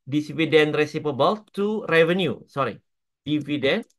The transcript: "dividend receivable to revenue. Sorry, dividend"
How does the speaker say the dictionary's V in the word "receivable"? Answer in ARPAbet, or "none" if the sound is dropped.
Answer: P